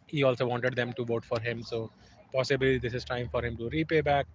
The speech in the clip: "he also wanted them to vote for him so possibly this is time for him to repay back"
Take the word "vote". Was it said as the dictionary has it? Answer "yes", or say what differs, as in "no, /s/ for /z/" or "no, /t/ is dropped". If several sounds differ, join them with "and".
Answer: yes